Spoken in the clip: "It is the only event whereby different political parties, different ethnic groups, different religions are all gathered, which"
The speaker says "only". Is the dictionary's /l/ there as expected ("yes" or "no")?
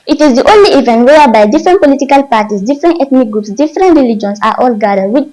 yes